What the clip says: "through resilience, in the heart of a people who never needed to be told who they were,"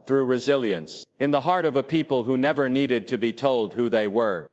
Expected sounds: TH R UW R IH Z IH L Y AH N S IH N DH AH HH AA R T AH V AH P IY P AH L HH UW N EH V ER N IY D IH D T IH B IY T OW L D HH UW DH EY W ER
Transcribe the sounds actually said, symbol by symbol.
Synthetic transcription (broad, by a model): TH R UW R IH Z IH L Y AH N S IH N DH AH HH AA R T AH V AH P IY P AH L HH UW N EH V ER N IY D IH D T IH B IY T OW L D HH UW DH EY W ER